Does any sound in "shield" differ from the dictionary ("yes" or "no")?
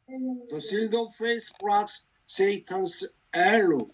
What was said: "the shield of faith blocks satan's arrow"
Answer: yes